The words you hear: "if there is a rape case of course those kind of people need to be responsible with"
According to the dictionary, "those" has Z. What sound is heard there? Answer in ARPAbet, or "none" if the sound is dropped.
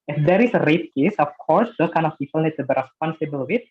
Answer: none